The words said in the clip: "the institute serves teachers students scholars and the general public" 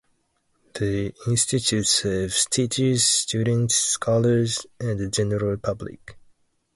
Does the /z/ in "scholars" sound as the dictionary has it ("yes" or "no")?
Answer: yes